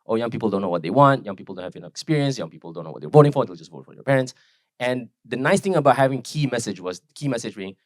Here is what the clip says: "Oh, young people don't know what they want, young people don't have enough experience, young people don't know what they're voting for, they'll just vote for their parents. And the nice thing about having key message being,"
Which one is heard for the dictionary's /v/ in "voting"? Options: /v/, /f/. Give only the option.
/v/